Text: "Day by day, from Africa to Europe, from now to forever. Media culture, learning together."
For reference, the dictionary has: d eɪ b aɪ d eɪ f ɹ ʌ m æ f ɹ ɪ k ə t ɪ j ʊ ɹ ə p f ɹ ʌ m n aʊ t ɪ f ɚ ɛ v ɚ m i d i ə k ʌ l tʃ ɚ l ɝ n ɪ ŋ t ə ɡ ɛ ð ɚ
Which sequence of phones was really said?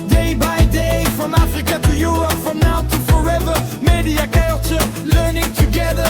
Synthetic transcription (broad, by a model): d eɪ b aɪ d eɪ f ɹ ʌ m æ f ɹ ɪ k ə t ɪ j ʊ ɹ ə p f ɹ ʌ m n aʊ t ɪ f ɚ ɛ v ɚ m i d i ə k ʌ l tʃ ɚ l ɝ n ɪ ŋ t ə ɡ ɛ ð ɚ